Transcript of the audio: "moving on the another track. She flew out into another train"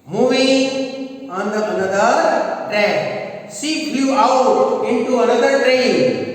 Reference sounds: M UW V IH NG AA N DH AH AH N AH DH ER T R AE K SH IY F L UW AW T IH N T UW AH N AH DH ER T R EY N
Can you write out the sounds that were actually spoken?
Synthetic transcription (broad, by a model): M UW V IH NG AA N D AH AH N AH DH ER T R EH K S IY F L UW AW T IH N T UW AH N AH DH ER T R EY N